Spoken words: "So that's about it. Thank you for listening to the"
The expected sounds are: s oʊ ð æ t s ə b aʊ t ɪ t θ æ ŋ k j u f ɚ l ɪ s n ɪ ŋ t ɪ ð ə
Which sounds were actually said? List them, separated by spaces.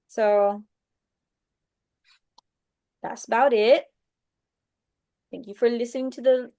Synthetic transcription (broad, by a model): s oʊ ð æ t s ə b aʊ t ɪ t θ æ ŋ k j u f ɚ l ɪ s n ɪ ŋ t ɪ ð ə